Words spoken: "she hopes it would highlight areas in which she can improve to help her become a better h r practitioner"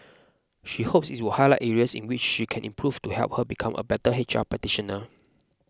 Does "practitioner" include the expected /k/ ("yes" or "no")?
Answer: no